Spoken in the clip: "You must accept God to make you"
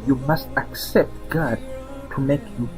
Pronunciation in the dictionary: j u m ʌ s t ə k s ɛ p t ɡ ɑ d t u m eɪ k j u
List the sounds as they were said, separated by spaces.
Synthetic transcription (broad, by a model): j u m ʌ s t ə k s ɛ p t ɡ ɑ d t u m eɪ k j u